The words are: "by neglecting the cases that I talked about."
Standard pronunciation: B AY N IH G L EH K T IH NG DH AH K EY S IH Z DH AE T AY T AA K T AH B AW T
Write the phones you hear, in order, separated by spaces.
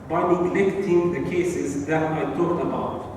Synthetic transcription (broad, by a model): B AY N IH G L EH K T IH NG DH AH K EY S IH Z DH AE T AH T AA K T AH B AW T